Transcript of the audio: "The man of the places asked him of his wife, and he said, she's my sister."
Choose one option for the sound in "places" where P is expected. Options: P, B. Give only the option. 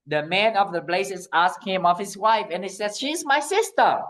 B